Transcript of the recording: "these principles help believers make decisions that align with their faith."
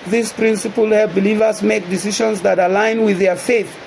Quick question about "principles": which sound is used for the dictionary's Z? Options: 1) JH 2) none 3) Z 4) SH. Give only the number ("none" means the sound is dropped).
2